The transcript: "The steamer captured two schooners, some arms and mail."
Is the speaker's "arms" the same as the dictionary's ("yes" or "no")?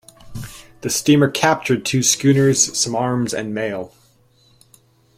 yes